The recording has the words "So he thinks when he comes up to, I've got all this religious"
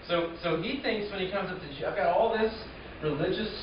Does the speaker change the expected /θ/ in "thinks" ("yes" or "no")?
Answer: no